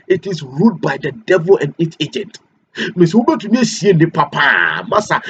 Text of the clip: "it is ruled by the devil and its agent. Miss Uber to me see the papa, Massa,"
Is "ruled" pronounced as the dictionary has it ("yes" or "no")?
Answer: no